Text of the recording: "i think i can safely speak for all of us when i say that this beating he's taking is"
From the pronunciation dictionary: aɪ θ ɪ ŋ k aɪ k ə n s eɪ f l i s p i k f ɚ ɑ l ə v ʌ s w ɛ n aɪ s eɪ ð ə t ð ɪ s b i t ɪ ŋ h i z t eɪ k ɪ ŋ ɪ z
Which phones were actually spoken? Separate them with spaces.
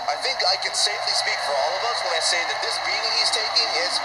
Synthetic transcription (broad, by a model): aɪ θ ɪ ŋ k aɪ k ə n s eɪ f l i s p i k f ɚ ɑ l ə v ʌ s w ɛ aɪ s eɪ ð ə t ð ɪ s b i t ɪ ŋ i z t eɪ k ɪ ŋ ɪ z